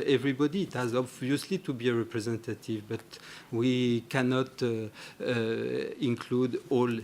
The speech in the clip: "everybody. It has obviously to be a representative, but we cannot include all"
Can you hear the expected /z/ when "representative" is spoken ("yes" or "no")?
yes